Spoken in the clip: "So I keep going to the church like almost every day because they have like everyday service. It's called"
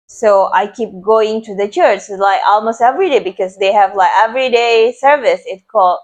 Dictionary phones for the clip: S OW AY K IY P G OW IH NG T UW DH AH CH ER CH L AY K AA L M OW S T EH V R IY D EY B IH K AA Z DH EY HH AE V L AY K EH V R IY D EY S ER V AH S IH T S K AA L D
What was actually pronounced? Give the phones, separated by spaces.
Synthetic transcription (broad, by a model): S OW AY K IY P G OW IH NG T UW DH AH CH ER CH L AY K AA L M OW S T EH V R IY D EY B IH K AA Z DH EY HH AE V L AY K EH V R IY D EY S ER V AH S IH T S K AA L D